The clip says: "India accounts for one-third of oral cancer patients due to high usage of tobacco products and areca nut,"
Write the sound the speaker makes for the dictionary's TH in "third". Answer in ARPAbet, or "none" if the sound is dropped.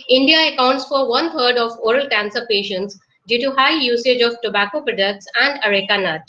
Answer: T